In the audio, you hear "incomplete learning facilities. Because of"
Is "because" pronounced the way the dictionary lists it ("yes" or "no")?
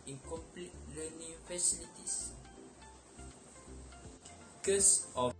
no